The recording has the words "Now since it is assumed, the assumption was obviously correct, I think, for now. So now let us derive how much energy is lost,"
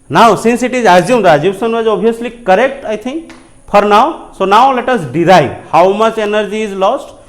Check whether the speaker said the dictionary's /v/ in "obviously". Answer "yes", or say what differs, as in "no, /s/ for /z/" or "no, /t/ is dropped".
no, /v/ is dropped